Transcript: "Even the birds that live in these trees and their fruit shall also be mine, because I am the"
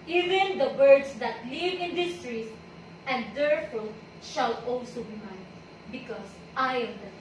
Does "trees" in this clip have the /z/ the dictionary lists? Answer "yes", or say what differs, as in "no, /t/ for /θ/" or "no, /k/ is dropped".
no, /s/ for /z/